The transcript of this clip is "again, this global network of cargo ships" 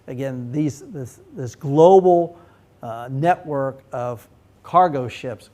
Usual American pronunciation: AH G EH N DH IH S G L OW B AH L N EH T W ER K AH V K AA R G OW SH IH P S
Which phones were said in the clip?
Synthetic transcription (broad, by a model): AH G EH N DH IH S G L OW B L N EH T W ER K AH V K AA R G OW SH IH P S